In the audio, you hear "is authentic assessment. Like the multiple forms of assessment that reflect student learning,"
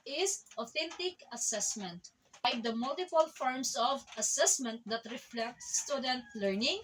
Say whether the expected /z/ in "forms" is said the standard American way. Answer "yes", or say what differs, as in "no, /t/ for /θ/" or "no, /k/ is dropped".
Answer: no, /s/ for /z/